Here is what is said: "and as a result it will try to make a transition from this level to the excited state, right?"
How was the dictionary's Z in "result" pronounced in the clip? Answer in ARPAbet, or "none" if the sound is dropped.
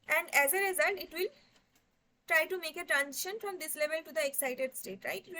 Z